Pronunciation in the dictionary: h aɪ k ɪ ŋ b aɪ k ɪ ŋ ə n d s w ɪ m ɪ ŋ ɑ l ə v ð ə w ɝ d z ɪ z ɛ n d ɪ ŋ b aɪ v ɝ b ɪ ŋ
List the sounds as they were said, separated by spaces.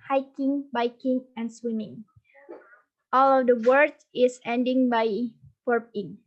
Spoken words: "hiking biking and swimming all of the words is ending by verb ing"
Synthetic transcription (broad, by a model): h aɪ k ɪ ŋ b aɪ k ɪ ŋ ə n s w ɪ m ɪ ŋ ɑ l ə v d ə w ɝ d ɪ s ɛ n d ɪ ŋ b aɪ p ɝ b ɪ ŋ